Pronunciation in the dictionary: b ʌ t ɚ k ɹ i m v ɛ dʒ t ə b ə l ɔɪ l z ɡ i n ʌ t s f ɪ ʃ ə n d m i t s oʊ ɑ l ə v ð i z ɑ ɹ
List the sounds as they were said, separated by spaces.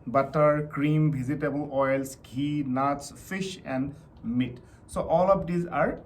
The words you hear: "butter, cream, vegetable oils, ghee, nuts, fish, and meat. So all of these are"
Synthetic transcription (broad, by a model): b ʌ t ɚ k ɹ i m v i z t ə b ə l ɔɪ l s ɡ i n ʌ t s f ɪ ʃ ə n d m i t s oʊ ɑ l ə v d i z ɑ ɹ